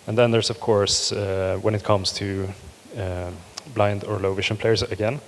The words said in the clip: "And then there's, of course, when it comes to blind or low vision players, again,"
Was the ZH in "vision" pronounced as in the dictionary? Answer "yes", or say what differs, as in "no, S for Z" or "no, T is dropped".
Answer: no, SH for ZH